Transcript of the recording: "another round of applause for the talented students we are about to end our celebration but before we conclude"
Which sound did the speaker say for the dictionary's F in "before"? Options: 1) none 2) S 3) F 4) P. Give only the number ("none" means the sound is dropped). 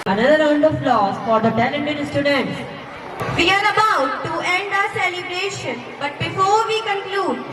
3